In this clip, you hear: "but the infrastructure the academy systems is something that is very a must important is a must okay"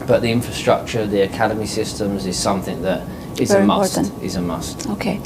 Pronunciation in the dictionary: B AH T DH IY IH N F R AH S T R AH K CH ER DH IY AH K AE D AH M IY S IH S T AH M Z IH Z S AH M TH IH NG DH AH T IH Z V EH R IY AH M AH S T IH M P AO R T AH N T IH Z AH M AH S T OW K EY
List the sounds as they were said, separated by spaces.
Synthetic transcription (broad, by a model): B AH T DH IY IH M F R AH S T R AH K CH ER DH IY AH K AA D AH M IY S IH S T AH M Z IH Z S AH M TH IH NG DH AH T IH Z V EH AH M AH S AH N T IH Z AH M AH S T OW K EY